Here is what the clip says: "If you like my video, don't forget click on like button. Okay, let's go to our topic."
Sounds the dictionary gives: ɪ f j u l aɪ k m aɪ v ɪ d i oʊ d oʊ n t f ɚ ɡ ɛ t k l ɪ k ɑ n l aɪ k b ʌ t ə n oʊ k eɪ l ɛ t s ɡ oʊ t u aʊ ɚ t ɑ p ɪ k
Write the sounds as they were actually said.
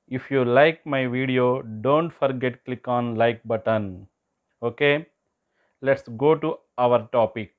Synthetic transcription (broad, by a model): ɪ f j u l aɪ k m aɪ v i d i oʊ d oʊ n t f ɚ ɡ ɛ t k l ɪ k ɑ n l aɪ k b ʌ t ə n oʊ k eɪ l ɛ t s ɡ oʊ t u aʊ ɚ t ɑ p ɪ k